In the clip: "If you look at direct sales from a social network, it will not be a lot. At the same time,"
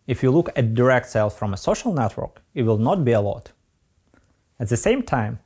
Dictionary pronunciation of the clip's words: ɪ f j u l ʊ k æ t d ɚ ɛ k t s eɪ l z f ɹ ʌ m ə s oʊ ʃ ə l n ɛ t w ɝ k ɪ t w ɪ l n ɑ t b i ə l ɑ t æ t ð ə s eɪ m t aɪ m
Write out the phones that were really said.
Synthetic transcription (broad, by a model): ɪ f j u l ʊ k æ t d ɚ ɛ k t s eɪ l f ɹ ʌ m ə s oʊ ʃ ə l n ɛ t w ɝ k ɪ t w ɪ l n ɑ t b i ə l ɑ t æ t ð ə s eɪ m t aɪ m